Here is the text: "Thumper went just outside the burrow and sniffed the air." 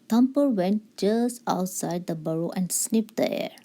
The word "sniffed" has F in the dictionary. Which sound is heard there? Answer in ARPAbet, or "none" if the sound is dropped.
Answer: P